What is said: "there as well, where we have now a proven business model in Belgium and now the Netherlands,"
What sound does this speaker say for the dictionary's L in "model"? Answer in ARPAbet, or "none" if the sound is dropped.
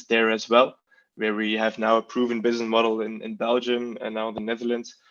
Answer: N